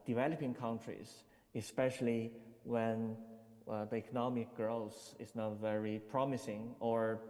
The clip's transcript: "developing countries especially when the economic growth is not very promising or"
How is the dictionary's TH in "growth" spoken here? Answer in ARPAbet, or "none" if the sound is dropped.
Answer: S